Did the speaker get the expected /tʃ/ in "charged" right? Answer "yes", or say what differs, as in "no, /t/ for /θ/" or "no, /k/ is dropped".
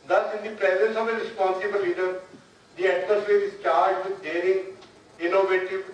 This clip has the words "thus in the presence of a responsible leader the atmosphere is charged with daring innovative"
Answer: yes